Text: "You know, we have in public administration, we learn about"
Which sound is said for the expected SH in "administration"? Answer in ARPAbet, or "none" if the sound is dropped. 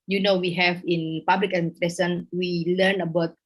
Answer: S